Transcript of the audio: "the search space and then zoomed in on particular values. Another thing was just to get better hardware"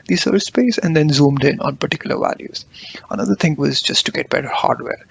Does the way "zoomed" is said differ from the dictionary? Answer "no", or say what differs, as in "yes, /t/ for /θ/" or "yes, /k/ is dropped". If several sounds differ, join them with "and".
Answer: no